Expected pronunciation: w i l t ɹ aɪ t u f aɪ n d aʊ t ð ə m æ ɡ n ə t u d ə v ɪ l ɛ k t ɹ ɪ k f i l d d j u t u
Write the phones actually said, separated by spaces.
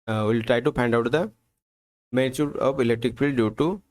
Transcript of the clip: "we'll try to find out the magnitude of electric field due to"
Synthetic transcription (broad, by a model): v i l t ɹ aɪ t u p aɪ n d aʊ t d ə m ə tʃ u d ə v ɪ l ɛ k t ɹ ɪ k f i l d d j u t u